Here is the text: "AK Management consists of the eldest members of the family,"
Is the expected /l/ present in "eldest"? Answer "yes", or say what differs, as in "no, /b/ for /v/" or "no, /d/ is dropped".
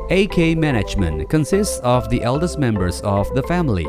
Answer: yes